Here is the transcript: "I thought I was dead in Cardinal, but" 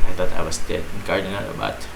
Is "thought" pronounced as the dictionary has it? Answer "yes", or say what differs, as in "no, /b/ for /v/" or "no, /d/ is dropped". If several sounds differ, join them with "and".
no, /t/ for /θ/